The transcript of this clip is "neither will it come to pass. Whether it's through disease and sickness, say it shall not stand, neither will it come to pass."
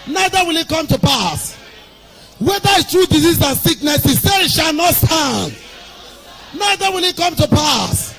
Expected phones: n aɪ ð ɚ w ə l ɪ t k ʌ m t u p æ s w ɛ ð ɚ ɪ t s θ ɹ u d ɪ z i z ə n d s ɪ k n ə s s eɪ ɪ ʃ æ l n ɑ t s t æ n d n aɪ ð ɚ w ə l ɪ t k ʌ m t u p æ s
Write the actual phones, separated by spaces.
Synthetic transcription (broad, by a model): n aɪ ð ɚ w ə l ɪ t k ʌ m t u p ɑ s w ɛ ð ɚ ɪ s t ɹ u d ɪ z i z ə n s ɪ k n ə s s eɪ ɪ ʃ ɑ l n ɑ t s t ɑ n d n aɪ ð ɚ w ə l ɪ t k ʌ m t u p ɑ s